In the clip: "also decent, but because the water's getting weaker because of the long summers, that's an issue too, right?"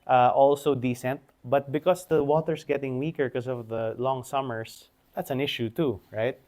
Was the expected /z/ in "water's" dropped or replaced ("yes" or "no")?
yes